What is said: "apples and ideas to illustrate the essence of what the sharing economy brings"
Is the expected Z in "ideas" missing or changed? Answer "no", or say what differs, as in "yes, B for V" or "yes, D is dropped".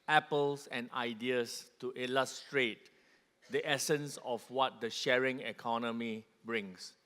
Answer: yes, S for Z